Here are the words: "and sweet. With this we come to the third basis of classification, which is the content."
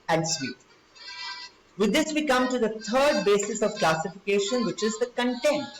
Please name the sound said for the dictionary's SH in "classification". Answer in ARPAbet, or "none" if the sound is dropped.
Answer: SH